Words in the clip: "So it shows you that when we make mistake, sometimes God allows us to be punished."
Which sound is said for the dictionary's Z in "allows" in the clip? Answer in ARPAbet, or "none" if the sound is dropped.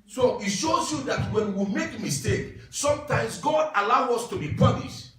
none